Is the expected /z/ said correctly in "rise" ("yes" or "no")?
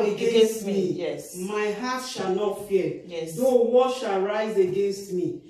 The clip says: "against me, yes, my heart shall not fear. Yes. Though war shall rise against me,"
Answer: yes